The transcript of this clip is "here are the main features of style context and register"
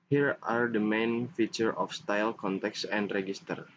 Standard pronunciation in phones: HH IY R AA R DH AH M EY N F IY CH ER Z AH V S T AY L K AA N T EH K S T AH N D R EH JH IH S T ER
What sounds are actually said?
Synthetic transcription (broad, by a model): HH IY R AA R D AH M EY N F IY CH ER AH F S T AY L K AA N T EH K S AH N D R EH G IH S T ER